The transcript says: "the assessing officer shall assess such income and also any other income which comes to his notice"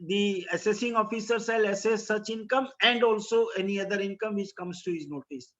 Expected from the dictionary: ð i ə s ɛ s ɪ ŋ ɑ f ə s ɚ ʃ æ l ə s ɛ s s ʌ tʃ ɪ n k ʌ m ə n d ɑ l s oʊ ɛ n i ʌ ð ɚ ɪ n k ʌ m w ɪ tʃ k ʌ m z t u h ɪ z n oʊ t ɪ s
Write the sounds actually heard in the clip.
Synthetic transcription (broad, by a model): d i ə s ɛ s ɪ ŋ ɑ f ə s ɚ s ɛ l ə s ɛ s s ʌ tʃ ɪ n k ʌ m ə n d ɑ l s oʊ ɛ n i ʌ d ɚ ɪ n k ʌ m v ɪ tʃ k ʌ m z t u h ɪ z n oʊ t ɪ s